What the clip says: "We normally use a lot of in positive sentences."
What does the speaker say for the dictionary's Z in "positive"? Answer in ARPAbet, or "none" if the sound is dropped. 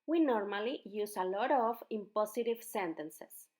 S